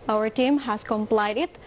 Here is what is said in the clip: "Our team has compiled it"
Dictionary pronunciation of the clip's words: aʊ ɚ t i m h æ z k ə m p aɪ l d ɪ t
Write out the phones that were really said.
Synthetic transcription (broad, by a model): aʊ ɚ t i m h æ s k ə m p aɪ d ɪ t